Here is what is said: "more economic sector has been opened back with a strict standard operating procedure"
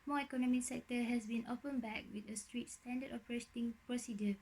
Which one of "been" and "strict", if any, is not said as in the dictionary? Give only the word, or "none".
strict